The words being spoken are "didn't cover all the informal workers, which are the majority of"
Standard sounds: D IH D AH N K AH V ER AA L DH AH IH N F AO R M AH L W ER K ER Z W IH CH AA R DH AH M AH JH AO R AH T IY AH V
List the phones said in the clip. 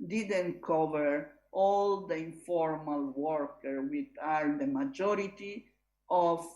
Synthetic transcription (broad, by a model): D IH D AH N K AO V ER AA L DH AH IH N F AO R M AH L W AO K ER W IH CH AA R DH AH M AH JH AO R AH T IY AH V